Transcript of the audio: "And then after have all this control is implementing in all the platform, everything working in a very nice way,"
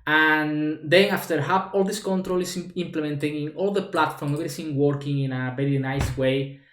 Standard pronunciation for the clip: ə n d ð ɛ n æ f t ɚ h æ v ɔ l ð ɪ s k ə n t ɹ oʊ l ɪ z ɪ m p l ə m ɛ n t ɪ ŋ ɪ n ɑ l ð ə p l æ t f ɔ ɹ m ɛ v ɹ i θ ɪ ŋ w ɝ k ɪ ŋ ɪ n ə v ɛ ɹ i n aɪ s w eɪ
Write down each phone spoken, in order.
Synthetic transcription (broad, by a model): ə n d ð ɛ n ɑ f t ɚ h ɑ p ɔ l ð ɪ s k ə n t ɹ oʊ l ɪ s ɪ m p l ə m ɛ n t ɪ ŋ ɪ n ɑ l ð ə p l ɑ t f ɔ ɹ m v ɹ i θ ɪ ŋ w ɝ k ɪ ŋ ɪ n ə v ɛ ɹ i n aɪ s w eɪ